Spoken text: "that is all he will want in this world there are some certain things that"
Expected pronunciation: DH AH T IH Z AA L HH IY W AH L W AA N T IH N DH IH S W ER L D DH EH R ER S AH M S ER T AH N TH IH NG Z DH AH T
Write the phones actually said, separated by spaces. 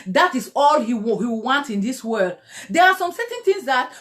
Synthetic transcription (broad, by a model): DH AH T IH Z AA L HH IY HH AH W W AA N T IH N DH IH S W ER L D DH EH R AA S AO M S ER T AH N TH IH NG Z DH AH T